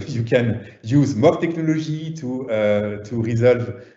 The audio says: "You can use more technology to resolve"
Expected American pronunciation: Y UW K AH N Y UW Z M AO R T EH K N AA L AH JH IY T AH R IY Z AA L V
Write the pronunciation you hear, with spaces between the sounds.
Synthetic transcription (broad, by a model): Y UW K AH N Y UW Z M AO R T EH K N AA L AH ZH IY T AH R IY Z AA L V